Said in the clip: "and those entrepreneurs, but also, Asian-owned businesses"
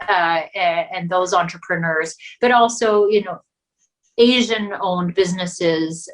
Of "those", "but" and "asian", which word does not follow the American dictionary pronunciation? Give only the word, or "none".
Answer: none